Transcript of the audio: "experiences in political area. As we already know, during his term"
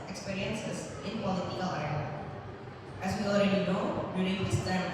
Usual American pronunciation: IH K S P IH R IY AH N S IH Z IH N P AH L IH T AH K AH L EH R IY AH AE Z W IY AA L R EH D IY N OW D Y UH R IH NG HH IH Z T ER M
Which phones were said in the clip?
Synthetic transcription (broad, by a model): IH K S P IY R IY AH N S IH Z IH N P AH L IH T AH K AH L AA IY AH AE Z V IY AA L R EH D IY N OW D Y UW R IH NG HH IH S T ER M